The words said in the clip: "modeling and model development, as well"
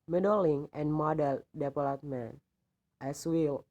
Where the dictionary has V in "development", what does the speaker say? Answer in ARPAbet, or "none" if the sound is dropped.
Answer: P